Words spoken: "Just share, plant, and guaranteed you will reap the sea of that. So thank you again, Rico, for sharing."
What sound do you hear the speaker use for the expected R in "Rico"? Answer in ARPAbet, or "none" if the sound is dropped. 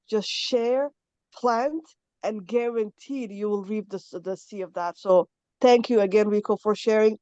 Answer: W